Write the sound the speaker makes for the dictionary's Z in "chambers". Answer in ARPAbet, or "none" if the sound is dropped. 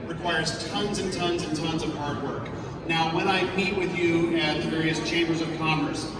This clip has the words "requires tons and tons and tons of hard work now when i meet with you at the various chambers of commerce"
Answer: Z